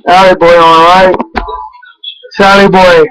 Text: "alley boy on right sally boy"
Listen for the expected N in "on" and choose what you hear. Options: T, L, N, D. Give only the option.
L